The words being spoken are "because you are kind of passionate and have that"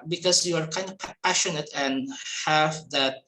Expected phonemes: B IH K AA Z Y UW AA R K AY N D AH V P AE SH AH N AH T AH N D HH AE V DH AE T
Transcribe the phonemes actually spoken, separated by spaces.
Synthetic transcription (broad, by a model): B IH K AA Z Y UW AA R K AY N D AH P P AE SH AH N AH T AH N HH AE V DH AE T